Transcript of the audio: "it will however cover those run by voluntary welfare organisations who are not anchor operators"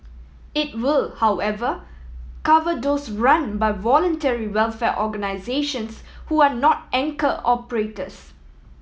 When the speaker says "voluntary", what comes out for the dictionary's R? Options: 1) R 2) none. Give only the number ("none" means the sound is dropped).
1